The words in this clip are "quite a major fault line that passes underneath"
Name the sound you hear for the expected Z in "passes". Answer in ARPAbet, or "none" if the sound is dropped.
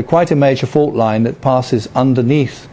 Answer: Z